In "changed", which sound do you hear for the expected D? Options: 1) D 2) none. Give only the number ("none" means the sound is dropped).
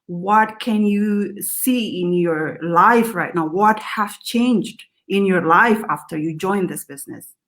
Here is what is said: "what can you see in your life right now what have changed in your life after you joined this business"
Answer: 1